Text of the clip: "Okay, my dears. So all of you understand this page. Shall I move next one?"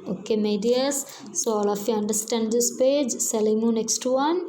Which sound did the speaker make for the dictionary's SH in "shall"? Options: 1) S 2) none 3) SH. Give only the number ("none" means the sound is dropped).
1